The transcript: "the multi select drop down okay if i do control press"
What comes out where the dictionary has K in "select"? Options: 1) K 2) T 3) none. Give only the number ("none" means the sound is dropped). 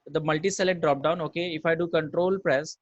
3